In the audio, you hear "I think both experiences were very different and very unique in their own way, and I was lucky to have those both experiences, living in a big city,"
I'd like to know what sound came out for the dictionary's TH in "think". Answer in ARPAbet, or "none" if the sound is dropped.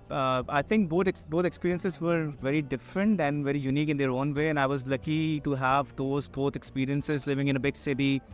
T